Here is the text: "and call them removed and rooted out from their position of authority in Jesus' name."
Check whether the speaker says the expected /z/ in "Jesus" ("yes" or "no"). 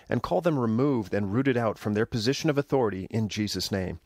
yes